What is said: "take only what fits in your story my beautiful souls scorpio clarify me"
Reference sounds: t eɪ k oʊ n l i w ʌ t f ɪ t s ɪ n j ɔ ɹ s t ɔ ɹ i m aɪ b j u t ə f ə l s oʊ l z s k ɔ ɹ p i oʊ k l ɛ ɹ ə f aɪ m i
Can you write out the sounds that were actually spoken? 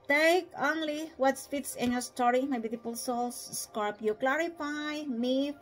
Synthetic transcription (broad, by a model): t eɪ k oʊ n l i w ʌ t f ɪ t s ɪ n j ɔ ɹ s t ɔ ɹ i m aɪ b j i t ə p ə l s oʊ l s s k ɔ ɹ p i k l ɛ ɹ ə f aɪ m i